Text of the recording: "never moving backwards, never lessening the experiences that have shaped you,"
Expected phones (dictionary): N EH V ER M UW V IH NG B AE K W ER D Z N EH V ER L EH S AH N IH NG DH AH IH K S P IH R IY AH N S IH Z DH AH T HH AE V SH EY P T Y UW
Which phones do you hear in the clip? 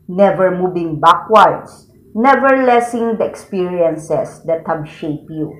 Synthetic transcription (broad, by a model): N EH V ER M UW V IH NG B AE K W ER D S N EH V ER L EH S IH NG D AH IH K S P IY R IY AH N S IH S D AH T HH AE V SH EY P Y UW